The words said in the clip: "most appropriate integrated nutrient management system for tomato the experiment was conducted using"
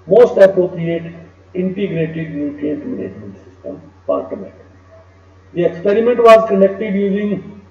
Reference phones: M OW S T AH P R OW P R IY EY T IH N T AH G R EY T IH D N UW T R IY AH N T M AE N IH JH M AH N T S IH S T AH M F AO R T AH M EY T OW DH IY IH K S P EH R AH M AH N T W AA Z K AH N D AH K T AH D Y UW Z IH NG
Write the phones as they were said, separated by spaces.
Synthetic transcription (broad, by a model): M OW S T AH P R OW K R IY EY T IH N T AH G R EY T IH D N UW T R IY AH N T M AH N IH JH M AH N T S IH S T AH M P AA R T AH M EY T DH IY IH K S P EH R AH M AH N T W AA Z K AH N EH K T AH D Y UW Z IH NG